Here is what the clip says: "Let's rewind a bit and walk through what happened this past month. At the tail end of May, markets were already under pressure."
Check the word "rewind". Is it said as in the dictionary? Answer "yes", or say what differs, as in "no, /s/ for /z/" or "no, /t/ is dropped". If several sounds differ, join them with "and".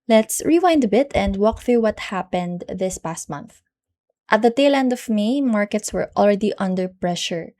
yes